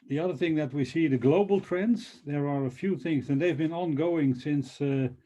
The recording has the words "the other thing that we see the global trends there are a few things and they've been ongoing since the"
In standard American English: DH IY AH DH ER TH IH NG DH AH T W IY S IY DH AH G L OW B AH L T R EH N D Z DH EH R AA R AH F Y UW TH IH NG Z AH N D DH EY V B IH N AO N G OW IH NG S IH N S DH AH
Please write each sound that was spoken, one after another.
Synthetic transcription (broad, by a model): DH IY AH DH ER TH IH NG DH AH T W IY S IY DH AH G L OW B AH L T R EH N D Z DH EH R AA R AH F Y UW TH IH NG Z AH N DH EY V B IH N AO N G OW IH NG S IH N S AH